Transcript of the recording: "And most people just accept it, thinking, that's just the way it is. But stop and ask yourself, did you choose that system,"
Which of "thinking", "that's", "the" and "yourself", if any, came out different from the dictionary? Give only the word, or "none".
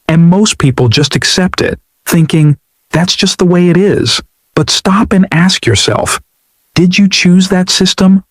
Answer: none